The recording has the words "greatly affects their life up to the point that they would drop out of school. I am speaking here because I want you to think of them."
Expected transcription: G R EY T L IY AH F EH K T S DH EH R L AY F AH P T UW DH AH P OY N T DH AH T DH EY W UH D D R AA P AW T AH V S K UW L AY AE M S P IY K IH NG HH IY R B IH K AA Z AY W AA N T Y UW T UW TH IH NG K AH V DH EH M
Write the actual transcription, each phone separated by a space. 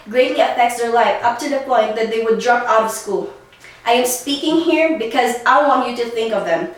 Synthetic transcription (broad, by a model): G R EY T L IY AH F EH K T S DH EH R L AY F AH P T UW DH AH P OY N T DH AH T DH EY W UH D D R AA P AW T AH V S K UW L AY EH M S P IY K IH NG HH IY R B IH K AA Z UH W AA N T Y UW T UW TH IH NG K AH V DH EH M